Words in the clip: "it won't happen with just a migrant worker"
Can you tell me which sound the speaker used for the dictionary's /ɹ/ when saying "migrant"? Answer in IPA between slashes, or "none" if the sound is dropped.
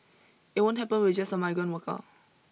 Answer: none